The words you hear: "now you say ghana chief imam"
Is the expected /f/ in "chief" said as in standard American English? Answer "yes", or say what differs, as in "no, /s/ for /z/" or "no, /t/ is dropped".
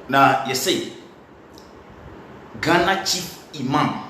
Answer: no, /f/ is dropped